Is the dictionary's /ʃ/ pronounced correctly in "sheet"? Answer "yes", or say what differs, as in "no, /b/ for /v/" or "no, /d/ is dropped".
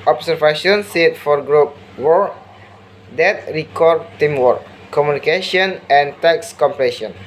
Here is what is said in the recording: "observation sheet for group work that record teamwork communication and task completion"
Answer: no, /s/ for /ʃ/